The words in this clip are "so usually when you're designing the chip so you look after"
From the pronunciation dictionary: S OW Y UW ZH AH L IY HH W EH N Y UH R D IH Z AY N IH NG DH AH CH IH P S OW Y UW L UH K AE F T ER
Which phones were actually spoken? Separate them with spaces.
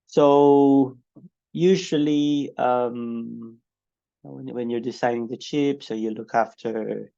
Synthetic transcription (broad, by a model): S OW Y UW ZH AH L IY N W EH N Y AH R D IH S AY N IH NG DH AH CH IH P S OW Y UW L UH K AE F T ER